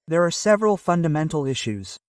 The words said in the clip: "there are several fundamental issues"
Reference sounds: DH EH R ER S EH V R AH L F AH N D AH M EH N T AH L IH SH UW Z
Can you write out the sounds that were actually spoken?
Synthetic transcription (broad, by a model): DH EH R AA S EH V R AH L F AH N D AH M EH N T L IH SH UW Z